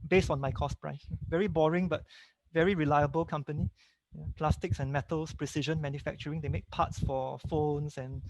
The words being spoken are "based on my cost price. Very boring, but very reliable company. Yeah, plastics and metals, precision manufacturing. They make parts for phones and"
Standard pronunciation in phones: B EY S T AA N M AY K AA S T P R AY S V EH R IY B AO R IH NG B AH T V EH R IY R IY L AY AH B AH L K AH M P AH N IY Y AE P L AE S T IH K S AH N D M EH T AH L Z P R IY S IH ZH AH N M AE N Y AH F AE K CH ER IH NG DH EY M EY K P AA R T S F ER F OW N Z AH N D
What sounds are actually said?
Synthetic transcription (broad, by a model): B EY S T AA N M AY K AA S P R AY S V EH R IY B AO R IH NG B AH T V EH R IY R IY L AY AH B AH L K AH M P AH N IY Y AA P L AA S T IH K S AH N M EH T AH L S P R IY S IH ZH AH N M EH N Y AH F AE K CH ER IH NG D EY M EY K P AA T S F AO F OW N S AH N